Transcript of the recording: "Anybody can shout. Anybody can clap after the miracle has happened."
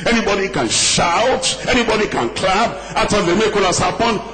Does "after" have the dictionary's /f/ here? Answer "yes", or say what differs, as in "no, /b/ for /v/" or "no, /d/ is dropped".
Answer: no, /f/ is dropped